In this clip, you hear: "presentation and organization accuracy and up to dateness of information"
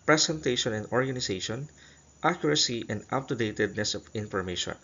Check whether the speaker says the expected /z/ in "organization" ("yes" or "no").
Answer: no